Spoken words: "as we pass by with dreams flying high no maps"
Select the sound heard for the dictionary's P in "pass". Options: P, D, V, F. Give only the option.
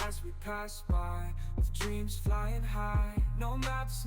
P